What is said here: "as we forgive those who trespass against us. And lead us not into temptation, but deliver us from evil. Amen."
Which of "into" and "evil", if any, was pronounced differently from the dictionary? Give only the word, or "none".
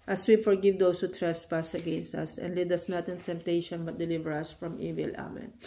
none